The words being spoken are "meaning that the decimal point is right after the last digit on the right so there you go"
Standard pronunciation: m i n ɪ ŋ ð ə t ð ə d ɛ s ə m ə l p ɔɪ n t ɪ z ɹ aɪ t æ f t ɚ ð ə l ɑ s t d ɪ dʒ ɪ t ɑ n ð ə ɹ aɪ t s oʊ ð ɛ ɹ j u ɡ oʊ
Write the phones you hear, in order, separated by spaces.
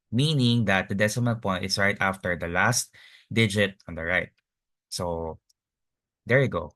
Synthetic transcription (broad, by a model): m i n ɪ ŋ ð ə t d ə d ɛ s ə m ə n p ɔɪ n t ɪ s ɹ aɪ t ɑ f t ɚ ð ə l ɑ s t d ɪ dʒ ɪ t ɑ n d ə ɹ aɪ t s oʊ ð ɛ ɹ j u ɡ oʊ